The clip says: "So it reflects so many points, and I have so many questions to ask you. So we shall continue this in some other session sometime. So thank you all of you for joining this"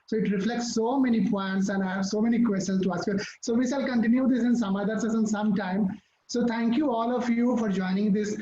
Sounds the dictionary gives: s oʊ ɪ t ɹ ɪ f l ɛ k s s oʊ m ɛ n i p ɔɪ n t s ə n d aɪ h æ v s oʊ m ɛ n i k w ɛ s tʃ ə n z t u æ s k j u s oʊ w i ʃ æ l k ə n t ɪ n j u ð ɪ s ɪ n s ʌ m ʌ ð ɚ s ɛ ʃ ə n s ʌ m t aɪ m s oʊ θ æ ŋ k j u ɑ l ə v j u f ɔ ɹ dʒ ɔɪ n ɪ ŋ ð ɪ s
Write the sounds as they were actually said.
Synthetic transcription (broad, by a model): s oʊ ɪ t ɹ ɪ f l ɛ k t s oʊ m ɛ n i p ɔɪ n t s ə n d aɪ h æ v s oʊ m ɛ n i k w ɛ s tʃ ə n s t u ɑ s k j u s oʊ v i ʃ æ l k ə n t ɪ n j u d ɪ s ɪ n s ʌ m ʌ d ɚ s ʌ s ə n s ʌ m t aɪ m s oʊ t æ ŋ k j u ɑ l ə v j u f ɔ ɹ dʒ ɔɪ n ɪ ŋ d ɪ s